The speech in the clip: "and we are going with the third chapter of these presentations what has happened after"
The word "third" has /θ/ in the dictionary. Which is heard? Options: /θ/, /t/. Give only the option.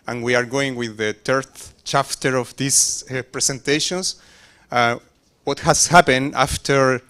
/t/